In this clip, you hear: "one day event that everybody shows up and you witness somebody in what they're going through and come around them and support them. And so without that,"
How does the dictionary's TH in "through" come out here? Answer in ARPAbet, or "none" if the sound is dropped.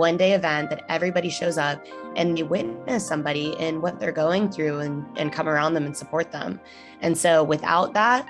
TH